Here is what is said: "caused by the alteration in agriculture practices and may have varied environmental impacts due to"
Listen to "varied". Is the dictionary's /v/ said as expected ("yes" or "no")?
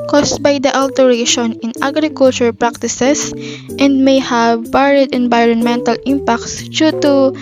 no